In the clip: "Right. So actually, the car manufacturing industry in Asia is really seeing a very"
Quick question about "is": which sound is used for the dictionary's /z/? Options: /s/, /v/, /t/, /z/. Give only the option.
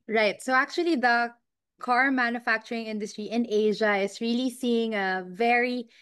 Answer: /s/